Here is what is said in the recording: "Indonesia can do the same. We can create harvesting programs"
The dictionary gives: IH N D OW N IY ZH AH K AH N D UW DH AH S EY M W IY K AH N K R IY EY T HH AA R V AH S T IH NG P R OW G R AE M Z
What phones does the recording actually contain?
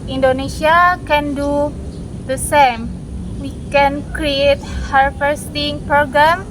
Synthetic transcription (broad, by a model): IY N D OW N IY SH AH K AH N D UW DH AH S EY M W IY K AH N K R IY EY T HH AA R F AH S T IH NG P R OW G R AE M